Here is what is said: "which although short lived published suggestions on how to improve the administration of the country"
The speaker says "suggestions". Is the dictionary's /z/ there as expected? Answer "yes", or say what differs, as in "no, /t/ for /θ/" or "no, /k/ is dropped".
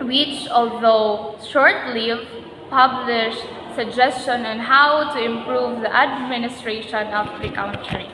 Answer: no, /z/ is dropped